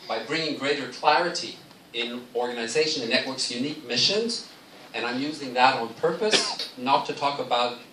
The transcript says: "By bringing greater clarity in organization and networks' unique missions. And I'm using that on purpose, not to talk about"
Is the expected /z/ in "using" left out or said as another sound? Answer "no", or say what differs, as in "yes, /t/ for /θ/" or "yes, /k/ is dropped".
no